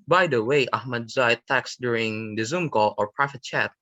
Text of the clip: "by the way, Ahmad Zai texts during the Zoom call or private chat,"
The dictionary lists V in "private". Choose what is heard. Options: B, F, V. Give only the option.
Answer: F